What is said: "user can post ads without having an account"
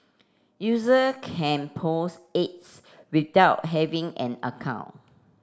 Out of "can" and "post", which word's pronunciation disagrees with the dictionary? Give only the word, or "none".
post